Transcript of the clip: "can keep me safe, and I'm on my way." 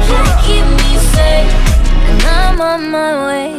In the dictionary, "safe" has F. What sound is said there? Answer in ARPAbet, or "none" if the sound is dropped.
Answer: none